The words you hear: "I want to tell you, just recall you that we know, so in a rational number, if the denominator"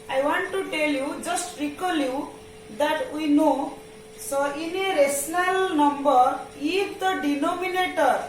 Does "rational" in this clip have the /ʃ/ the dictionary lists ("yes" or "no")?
no